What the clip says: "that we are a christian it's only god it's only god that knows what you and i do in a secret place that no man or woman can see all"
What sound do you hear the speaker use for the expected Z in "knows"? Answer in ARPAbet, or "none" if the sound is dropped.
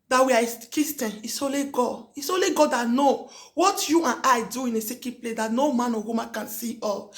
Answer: none